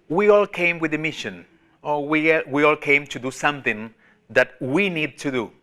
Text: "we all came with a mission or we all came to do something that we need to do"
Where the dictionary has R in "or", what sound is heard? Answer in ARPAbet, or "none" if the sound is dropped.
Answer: W